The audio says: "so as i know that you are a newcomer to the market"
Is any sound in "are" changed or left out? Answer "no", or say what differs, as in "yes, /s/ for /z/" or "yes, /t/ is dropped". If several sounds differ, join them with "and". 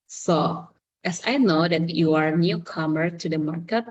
no